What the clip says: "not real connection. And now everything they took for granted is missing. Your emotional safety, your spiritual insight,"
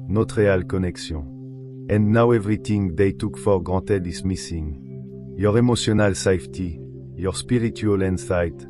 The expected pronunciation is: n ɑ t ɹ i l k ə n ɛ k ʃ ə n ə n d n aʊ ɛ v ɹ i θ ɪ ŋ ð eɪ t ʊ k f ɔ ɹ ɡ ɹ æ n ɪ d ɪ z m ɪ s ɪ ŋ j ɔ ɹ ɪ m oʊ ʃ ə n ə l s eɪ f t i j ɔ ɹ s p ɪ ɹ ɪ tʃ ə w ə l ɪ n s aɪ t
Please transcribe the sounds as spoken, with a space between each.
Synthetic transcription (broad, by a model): n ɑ t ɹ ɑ l k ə n ɛ k s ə ə n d n aʊ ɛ v ɹ i t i ŋ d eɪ t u k f ɔ ɹ ɡ ɹ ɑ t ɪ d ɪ s m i s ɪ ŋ j ɔ ɹ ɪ m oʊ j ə n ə l s eɪ f t i j ɔ ɹ s p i ɹ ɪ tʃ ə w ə l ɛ n s aɪ t